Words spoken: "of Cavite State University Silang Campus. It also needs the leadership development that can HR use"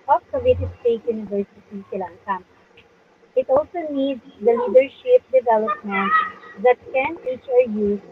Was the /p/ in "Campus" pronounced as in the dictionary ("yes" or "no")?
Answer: no